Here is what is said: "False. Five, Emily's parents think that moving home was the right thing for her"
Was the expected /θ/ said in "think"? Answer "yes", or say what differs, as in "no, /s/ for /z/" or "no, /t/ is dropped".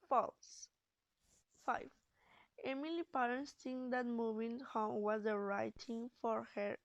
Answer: no, /t/ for /θ/